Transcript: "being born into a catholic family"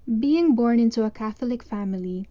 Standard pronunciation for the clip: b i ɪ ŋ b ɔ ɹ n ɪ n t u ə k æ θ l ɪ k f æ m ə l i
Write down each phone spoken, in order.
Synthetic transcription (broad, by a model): b i ɪ ŋ b ɔ ɹ n ɪ n t u ə k æ θ l ɪ k f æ m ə l i